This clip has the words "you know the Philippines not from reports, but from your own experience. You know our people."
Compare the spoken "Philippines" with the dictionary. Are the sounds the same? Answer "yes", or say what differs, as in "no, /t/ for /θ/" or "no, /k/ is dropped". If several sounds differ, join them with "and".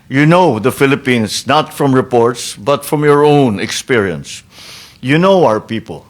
no, /s/ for /z/